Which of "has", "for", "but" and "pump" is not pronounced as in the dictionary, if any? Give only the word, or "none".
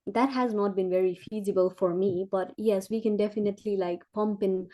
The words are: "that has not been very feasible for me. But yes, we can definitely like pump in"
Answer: none